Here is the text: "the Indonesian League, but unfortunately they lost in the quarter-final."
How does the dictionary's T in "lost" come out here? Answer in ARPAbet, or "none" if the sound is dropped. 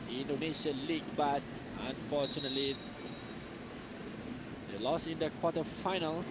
none